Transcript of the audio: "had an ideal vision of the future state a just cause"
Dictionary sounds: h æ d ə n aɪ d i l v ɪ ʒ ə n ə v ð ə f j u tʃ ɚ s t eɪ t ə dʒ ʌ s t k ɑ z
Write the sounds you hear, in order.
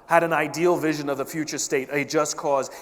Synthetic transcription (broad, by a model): h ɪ d ə n aɪ d i l v ɪ ʒ ə n ə v ð ə f j u tʃ ɚ s t eɪ t ə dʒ ʌ s k ɑ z